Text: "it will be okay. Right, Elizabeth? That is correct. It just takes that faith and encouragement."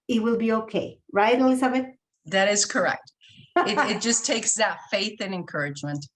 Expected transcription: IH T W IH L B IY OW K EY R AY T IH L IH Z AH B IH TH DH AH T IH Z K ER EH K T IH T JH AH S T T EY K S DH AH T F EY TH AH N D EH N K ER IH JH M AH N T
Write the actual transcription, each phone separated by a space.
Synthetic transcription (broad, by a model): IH T W IH L B IY OW K EY R AY T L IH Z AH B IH T DH AH T IH Z K ER EH K T IH T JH AH S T T EY K S DH AH T F EY TH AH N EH N K ER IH JH M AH N T